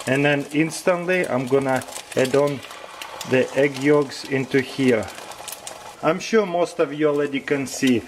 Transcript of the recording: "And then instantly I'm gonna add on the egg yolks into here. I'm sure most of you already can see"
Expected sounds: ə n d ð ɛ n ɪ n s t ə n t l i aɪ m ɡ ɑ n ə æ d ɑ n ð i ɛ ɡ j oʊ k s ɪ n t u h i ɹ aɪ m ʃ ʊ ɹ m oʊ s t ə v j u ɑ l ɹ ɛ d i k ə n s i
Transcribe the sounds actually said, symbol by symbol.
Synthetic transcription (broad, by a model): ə n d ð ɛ n ɪ n s t ə n t l i aɪ m ɡ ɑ n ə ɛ d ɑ n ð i ɛ ɡ j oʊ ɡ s ɪ n t u h i ɹ aɪ m ʃ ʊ ɹ m oʊ s t ə v j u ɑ l ɛ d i k ə n s i